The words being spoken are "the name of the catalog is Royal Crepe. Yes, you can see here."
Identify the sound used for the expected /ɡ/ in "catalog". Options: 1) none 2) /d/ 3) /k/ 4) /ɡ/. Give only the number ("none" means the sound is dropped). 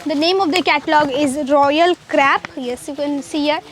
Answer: 4